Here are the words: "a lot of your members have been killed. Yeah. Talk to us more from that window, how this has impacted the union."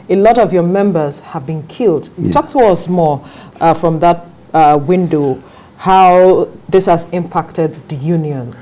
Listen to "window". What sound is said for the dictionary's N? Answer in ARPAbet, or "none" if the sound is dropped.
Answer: N